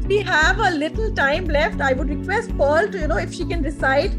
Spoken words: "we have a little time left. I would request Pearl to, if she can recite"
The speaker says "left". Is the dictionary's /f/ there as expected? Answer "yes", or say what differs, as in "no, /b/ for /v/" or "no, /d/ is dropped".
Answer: yes